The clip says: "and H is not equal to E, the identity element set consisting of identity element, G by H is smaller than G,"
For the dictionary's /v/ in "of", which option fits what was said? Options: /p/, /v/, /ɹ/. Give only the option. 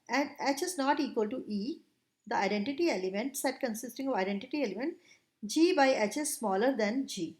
/v/